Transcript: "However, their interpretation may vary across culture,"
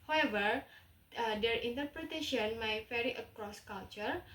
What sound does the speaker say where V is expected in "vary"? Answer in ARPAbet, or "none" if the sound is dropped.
F